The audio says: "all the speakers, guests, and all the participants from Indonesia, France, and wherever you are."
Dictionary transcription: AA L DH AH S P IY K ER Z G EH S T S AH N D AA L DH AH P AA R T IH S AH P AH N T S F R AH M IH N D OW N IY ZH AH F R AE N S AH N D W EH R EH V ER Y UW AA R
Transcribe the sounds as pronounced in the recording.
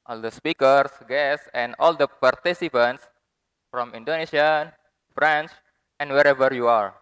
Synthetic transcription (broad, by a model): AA L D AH S P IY K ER S G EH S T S AH N D AA L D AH P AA R T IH S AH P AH N T S F R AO M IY N D OW N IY S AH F R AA N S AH N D W EH R EH V ER Y UW AA R